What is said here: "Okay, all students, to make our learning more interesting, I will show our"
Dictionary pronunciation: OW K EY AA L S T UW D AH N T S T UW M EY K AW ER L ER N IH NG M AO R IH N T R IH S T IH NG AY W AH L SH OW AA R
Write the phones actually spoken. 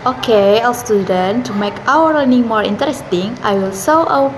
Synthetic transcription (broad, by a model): OW K EY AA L S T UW D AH N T T UW M EY K AW ER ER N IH NG M AO R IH N T R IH S T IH NG AY W AH L S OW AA